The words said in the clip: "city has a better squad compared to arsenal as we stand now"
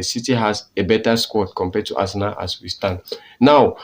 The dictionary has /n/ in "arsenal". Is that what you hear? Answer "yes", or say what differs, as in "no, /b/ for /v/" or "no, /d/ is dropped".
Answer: no, /n/ is dropped